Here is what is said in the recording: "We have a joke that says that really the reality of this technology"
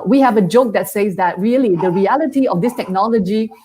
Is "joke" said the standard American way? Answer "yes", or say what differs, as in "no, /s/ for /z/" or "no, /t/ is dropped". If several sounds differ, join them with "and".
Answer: yes